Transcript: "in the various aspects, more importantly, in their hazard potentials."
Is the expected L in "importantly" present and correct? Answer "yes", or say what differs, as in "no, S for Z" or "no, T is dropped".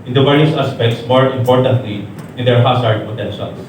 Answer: yes